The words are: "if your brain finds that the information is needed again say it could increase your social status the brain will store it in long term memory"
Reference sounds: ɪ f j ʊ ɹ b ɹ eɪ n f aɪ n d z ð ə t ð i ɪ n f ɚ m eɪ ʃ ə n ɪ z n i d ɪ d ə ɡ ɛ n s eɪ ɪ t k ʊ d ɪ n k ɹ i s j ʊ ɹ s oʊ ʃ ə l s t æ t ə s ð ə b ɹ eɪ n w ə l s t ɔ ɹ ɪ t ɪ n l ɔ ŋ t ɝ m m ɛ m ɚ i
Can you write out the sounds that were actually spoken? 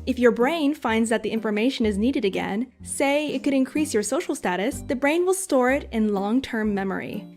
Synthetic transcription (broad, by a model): ɪ f j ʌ ɹ b ɹ eɪ n f aɪ n d z ð ə t ð i ɪ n f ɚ m eɪ ʃ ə n ɪ z n i d ɪ d ə ɡ ɛ n s eɪ ɪ t k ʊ d ɪ n k ɹ i s j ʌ ɹ s oʊ ʃ l s t æ t ə s ð ə b ɹ eɪ n w ə l s t ɔ ɹ ɪ t ɪ n l ɔ ŋ t ɝ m m ɛ m ɚ i